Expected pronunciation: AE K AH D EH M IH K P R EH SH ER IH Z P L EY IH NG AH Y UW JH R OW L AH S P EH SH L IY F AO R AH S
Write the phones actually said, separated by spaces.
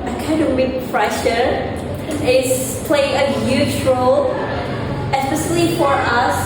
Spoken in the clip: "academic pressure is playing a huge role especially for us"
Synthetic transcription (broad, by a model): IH K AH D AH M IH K F R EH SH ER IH S P L EY IH NG AH Y UW JH R OW L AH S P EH S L IY F AO R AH S